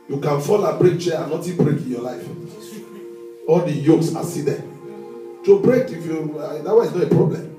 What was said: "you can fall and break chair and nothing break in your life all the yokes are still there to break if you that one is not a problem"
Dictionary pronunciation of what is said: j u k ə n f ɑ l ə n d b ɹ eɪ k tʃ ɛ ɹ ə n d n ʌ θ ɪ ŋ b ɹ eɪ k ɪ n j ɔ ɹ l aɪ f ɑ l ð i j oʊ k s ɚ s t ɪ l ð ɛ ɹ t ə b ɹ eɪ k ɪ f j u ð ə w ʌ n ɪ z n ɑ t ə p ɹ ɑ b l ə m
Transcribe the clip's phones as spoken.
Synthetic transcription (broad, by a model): j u k ə n f ɑ l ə b ɹ eɪ k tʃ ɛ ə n n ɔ t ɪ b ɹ ɹ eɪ k ɪ n j ɔ l aɪ f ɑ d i j oʊ k s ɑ s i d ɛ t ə b ɹ eɪ k ɪ f j u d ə w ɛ ɪ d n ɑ ə p ɹ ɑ b l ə m